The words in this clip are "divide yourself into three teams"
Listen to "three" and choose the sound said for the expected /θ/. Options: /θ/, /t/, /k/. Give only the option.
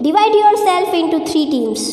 /t/